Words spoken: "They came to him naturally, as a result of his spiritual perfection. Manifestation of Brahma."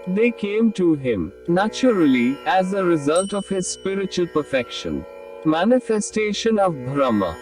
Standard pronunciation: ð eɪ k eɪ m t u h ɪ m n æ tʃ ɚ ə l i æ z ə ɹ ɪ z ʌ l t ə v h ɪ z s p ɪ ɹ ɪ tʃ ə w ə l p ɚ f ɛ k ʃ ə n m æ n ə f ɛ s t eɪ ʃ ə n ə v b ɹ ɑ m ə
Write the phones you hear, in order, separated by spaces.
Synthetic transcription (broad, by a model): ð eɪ k eɪ m t u h ɪ m n æ tʃ ɚ ə l i æ z ə ɹ ɪ z ʌ l t ə v h ɪ z s p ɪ ɹ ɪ tʃ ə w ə l p ɚ f ɛ k ʃ ə n m æ n ə f ɛ s t eɪ ʃ ə n ə v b ɹ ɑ m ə